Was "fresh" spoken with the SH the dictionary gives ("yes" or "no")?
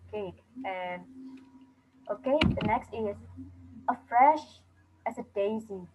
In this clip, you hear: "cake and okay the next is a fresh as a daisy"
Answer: yes